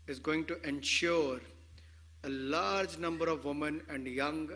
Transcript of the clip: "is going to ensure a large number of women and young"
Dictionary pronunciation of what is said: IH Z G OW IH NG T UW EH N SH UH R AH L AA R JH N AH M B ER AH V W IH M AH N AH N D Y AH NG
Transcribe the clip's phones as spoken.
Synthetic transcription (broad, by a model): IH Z G OW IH NG T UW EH N SH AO R AH L AA R JH N AH M B ER AH V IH M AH N AH N D Y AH NG